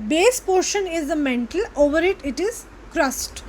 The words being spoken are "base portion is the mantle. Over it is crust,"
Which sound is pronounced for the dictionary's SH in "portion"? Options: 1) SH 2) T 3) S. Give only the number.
1